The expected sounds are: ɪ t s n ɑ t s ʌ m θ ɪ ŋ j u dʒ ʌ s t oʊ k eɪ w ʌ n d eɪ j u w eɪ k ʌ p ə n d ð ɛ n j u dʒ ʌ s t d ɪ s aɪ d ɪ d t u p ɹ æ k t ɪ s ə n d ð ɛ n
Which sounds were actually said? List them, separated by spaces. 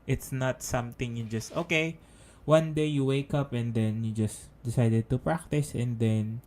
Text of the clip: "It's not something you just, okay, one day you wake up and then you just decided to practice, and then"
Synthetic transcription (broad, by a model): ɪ t s n ɑ t s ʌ m t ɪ ŋ j u dʒ ʌ s t oʊ k eɪ w ʌ n d eɪ j u w eɪ k ʌ p ə n d ɛ n j u dʒ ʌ s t d ɪ s aɪ d ɪ d t u p ɹ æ k t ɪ s ə n d ɛ n